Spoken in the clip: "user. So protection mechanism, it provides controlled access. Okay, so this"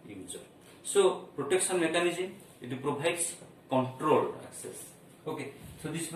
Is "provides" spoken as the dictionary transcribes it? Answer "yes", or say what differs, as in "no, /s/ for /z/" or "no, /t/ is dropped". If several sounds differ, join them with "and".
no, /b/ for /v/